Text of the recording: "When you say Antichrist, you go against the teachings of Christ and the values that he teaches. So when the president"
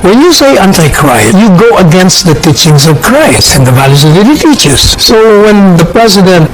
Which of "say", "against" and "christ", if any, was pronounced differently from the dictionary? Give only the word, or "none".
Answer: christ